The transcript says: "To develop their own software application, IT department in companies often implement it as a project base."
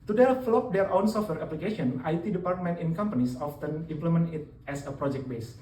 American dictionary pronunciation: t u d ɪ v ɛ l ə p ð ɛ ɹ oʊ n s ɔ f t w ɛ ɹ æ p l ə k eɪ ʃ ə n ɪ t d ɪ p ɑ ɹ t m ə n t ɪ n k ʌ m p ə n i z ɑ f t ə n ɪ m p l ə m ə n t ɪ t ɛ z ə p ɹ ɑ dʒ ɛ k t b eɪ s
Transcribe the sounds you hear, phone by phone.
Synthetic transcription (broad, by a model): t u d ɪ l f l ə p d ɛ ɹ oʊ n s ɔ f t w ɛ ɹ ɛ p l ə k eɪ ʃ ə n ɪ t d ɪ p ɑ ɹ t m ə n t ɪ n k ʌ m p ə n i s ɑ f t ə n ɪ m p l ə m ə n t ɪ t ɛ s ə p ɹ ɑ dʒ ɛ k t b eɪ s